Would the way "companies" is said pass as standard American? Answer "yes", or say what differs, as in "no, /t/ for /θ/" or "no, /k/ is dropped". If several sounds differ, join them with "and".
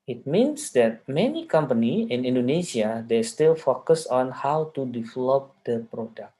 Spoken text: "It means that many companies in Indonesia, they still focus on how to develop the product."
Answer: no, /z/ is dropped